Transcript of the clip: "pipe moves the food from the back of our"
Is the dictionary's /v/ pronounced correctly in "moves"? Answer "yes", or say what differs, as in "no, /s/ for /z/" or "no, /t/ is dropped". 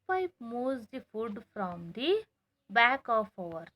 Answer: no, /v/ is dropped